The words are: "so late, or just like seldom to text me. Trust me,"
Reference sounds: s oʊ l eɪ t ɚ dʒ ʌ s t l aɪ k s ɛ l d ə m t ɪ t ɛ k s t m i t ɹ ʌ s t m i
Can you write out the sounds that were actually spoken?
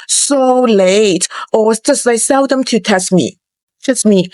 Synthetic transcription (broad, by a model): s oʊ l eɪ t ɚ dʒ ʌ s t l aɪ s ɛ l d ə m t ɪ t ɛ s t m i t ɛ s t m i